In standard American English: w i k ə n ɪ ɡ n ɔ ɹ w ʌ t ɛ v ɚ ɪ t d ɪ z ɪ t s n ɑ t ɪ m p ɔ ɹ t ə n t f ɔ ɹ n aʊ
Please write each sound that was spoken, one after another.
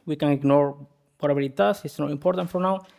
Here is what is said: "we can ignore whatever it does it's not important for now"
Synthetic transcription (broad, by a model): w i k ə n ɪ ɡ n ɔ ɹ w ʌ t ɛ b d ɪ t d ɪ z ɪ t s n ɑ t ɪ m p ɔ ɹ t ə n t f ɔ ɹ n aʊ